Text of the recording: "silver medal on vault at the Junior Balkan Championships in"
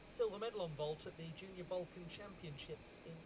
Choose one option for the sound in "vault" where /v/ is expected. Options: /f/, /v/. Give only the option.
/v/